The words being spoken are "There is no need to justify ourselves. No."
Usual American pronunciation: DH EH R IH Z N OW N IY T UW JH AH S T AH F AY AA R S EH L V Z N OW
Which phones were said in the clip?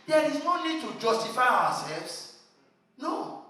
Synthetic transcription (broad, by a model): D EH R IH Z OW N IY T UW JH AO S T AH F AY AA W S EH L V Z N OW